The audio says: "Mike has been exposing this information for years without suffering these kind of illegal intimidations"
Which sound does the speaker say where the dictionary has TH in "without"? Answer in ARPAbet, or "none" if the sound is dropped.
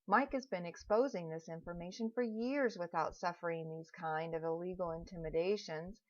TH